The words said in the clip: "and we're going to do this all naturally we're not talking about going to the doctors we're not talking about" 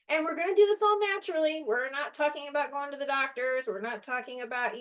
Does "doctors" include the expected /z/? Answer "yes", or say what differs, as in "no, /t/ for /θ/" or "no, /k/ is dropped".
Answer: yes